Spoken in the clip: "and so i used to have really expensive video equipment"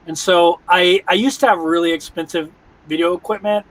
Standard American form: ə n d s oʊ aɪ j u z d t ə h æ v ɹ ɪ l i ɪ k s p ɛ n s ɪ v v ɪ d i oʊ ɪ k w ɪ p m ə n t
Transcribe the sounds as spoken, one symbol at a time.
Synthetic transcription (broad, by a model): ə n s oʊ aɪ j u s t ə v ɹ ɪ l i ɪ k s p ɛ n s ɪ v v ɪ d i oʊ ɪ k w ɪ p m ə n t